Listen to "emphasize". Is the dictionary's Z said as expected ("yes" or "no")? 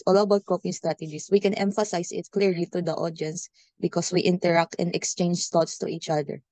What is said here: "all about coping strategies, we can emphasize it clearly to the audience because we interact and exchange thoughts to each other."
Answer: no